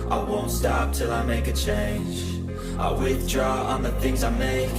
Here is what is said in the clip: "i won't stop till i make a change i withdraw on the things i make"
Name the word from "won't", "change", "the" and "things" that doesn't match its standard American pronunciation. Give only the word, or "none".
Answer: none